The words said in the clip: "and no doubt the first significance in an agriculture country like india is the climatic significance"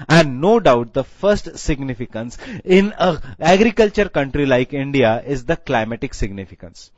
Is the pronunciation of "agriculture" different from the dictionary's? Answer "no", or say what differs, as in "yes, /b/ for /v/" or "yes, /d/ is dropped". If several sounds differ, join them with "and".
no